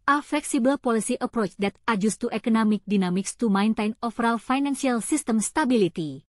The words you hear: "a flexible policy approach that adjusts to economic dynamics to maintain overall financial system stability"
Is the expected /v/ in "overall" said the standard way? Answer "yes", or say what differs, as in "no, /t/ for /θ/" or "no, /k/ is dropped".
no, /f/ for /v/